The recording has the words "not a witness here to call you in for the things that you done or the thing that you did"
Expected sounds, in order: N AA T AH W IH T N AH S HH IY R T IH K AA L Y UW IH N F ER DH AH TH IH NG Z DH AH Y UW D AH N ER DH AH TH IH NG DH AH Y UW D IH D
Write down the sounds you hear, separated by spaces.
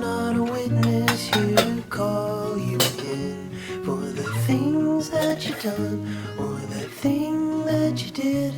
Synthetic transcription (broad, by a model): N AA T AH W IH T N AH S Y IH K AA L Y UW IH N F ER DH AH TH IH NG Z DH AH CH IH D AH N ER DH AH TH IH NG DH AH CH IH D IH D